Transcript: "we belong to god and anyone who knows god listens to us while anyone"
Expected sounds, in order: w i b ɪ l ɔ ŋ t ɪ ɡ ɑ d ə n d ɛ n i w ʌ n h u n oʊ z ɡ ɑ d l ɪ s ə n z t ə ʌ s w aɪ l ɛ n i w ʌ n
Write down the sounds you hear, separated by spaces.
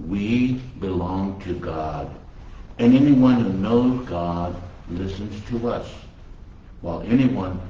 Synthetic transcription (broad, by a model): w i b ɪ l ɔ ŋ t ɪ ɡ ɑ d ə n ɛ n i w ʌ n h u n oʊ z ɡ ɑ d l ɪ s ə n z t ə ʌ s w aɪ l ɛ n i w ʌ n